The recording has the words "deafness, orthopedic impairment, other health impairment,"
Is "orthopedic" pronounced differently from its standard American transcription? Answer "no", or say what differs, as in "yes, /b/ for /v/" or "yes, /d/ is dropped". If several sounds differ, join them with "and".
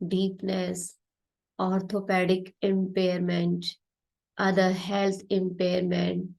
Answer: yes, /t/ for /θ/